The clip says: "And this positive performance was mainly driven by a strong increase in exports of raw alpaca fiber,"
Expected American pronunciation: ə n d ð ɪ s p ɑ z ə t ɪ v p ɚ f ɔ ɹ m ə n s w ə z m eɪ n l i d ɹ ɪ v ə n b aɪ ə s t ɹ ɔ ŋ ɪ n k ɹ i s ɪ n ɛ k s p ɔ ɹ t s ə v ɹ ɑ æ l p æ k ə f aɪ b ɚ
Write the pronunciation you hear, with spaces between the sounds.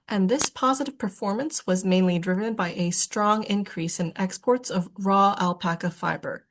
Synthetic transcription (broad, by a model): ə n ð ɪ s p ɑ z ə t ɪ v p ɚ f ɔ ɹ m ə n s w ə z m eɪ n l i d ɹ ɪ v ə n b aɪ ə s t ɹ ɔ ŋ ɪ n k ɹ i s ɪ n ɛ k s p ɔ ɹ t s ə v ɹ ɑ æ l p æ k ə f aɪ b ɚ